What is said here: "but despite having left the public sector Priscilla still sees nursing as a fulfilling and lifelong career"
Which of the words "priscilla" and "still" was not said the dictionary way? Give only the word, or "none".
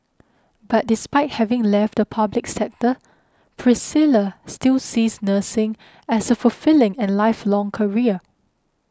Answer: none